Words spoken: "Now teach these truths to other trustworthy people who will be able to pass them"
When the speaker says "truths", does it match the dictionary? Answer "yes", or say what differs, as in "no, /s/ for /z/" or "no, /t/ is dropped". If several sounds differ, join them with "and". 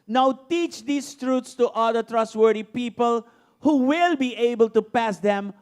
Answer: no, /t/ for /θ/